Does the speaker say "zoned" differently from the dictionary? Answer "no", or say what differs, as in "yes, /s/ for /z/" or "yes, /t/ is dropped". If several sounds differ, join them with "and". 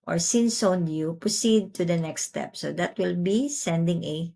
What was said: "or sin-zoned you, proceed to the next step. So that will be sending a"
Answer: yes, /s/ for /z/